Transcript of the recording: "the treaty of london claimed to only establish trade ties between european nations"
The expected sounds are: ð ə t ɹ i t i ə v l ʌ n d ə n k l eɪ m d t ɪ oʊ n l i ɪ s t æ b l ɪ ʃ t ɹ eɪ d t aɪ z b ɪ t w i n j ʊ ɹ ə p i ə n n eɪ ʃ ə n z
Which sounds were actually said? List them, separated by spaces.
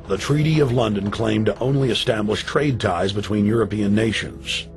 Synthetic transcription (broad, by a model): ð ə t ɹ i t i ə v l ʌ n d ə n k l eɪ m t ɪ oʊ n l i ɪ s t æ b l ɪ ʃ t ɹ eɪ d t aɪ z b ɪ t w i n j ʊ ɹ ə p i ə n n eɪ ʃ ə n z